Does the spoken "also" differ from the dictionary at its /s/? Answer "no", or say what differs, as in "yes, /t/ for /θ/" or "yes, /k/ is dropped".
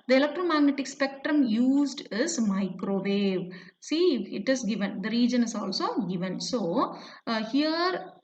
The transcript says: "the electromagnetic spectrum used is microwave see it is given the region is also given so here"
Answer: no